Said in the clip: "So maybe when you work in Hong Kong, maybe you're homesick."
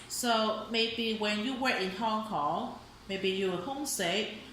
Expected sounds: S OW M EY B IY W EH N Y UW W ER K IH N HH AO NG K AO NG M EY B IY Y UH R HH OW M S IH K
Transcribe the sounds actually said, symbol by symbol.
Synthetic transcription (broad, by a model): S OW M EY B IY W EH N Y UW W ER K IH N HH AO NG K AO NG M EY B IY Y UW W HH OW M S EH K